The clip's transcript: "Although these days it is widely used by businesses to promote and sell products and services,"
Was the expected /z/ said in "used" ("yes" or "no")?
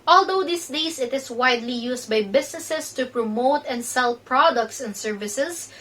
no